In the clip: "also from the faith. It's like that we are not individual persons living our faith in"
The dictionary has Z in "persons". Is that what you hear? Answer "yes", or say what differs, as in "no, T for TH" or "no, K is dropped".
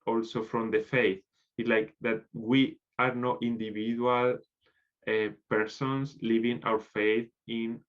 no, S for Z